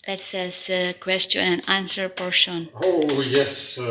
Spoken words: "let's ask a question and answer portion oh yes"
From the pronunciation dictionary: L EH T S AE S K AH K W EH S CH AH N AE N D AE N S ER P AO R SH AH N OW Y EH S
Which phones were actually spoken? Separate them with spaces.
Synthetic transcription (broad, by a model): L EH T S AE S AH K W EH S CH AH N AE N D AE N S ER P AO R SH AH N OW Y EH S